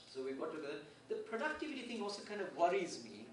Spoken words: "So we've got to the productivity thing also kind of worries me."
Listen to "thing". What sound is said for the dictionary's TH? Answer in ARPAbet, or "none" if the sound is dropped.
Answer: T